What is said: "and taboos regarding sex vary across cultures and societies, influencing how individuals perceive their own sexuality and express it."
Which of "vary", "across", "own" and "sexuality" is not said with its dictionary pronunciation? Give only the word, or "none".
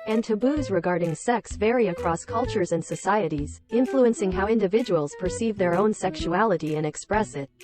none